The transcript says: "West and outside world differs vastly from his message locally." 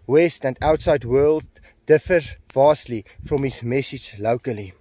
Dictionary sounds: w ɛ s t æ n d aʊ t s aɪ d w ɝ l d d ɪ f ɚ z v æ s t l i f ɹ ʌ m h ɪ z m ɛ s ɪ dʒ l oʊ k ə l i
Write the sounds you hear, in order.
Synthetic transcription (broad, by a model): w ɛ s t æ n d aʊ t s aɪ d w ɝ l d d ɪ f ɚ v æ s t l i f ɹ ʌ m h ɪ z m ɛ s ɪ dʒ l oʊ k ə l i